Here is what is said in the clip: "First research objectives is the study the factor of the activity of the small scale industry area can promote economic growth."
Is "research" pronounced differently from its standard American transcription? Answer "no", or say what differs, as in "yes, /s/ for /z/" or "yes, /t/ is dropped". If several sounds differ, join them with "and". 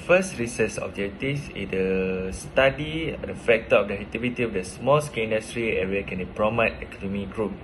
yes, /s/ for /tʃ/